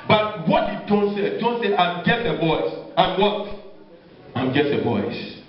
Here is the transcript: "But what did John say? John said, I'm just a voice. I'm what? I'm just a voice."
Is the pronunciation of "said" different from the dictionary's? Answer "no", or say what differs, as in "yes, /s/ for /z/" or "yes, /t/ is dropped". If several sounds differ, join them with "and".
yes, /d/ is dropped